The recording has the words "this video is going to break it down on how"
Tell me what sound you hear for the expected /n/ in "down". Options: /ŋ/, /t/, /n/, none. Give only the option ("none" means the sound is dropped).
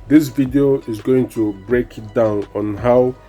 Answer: /n/